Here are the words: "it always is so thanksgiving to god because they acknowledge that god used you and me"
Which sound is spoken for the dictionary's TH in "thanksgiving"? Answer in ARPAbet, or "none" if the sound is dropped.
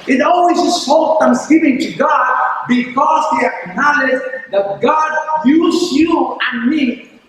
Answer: F